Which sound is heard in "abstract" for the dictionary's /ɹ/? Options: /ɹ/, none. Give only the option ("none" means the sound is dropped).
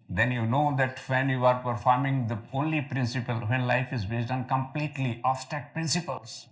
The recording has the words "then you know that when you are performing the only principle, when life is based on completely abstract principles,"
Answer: none